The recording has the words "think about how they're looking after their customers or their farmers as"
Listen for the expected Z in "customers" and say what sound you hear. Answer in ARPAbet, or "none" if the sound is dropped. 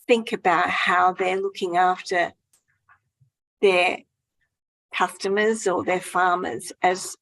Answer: Z